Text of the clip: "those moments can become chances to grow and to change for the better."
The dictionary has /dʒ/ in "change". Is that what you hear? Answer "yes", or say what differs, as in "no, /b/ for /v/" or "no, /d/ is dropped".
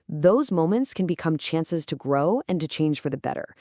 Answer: no, /ʒ/ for /dʒ/